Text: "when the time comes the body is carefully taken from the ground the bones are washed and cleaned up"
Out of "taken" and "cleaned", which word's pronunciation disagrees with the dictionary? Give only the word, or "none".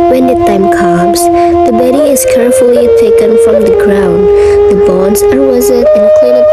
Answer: cleaned